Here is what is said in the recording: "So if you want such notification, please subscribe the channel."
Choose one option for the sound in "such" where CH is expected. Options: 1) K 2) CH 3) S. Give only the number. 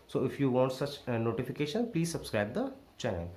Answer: 2